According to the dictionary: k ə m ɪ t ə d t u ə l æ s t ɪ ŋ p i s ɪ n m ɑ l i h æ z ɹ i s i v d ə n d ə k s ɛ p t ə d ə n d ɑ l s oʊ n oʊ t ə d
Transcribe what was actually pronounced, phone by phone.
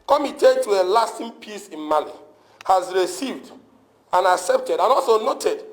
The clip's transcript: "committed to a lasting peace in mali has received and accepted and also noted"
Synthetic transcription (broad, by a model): k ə m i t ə t u ə l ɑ s t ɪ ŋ p i s ɪ n m ɑ l i h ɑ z ɹ i s i v d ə n ə k s ɛ p t ə d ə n ɑ l s oʊ n oʊ t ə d